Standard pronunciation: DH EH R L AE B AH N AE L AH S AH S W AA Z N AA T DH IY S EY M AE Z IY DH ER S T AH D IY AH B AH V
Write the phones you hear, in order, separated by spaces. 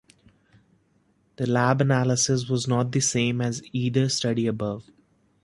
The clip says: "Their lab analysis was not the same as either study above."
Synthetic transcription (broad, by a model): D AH L AE B AH N AE L AH S AH S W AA Z N AA T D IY S EY M AE Z IY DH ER S T AH D IY AH B AH V